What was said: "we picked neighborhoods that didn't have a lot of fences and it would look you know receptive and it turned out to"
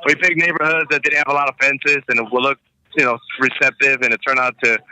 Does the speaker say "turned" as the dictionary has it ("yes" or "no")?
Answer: no